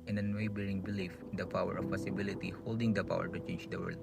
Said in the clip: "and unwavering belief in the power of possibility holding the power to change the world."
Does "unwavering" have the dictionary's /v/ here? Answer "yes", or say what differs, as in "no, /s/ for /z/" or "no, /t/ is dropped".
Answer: no, /b/ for /v/